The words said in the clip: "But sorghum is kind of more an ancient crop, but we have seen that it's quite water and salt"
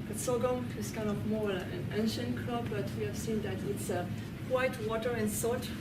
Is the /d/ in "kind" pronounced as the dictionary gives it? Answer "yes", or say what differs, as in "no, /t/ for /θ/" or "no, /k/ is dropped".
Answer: no, /d/ is dropped